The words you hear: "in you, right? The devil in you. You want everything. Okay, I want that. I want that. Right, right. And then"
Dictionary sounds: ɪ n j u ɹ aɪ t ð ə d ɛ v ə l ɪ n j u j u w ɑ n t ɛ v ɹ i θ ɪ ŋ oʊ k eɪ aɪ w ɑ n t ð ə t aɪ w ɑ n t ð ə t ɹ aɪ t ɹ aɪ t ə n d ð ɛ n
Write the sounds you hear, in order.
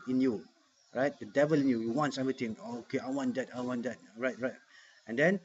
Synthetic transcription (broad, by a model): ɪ n j u ɹ aɪ t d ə d ɛ v ə l ɪ n j u j u w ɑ n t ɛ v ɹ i t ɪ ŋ oʊ k eɪ aɪ w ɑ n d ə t aɪ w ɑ n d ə t ɹ aɪ t ɹ aɪ t ə n d ɛ n